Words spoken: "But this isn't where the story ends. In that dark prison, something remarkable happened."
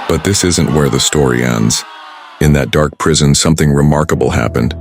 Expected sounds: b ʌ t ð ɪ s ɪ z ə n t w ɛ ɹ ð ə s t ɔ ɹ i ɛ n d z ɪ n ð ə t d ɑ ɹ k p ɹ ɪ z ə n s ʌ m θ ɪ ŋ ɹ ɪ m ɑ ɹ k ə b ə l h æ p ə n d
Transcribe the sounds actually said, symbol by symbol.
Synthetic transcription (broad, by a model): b ʌ t ð ɪ s ɪ z ə n t w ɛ ɹ ð ə s t ɔ ɹ i ɛ n d z ɪ n ð ə t d ɑ ɹ k p ɹ ɪ z ə n s ʌ m θ ɪ ŋ ɹ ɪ m ɑ ɹ k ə b l h æ p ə n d